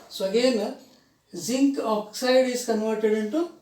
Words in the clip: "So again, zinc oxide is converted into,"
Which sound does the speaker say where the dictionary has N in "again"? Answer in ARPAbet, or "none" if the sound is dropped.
L